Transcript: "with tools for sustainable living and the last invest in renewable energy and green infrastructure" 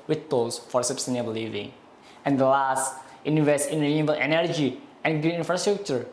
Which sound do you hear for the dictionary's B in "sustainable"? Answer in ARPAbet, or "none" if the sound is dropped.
none